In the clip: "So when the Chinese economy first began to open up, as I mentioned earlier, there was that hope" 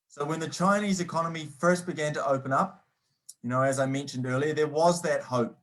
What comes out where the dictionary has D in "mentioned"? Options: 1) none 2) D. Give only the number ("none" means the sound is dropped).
2